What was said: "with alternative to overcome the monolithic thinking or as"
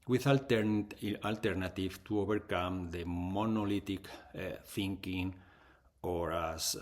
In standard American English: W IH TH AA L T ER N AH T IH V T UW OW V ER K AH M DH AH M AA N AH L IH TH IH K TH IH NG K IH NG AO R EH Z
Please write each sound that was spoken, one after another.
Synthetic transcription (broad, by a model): W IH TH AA L T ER N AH T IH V T UW OW B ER K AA M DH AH M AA N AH L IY T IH K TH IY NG K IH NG AO R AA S